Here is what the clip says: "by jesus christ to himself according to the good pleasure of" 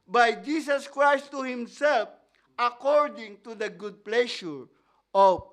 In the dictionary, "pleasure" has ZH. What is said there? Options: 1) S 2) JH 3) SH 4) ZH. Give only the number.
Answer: 3